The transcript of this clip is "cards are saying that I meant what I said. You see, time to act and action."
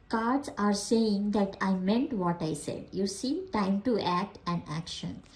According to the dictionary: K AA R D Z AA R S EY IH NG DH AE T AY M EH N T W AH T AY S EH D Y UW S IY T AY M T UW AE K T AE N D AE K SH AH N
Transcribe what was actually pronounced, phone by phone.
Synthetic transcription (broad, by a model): K AA R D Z AA R S EY IH NG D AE T AY M EH N T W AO T AY S EH D Y UW S IY T AY M T UW AE K T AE N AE K SH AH N